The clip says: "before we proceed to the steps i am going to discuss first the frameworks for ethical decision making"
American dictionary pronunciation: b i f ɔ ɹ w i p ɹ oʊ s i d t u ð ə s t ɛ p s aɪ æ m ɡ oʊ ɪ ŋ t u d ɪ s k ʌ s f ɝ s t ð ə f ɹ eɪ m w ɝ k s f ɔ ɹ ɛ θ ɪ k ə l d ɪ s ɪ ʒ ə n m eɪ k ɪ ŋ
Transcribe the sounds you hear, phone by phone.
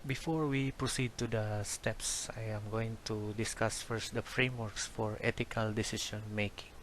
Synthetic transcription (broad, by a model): b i f ɔ ɹ w i p ɹ oʊ s i d t u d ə s t ɛ p s aɪ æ m ɡ oʊ ɪ ŋ t u d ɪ s k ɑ s f ɝ s t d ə f ɹ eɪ m w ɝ k s f ɔ ɹ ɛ t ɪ k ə l d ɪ s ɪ s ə n m eɪ k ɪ ŋ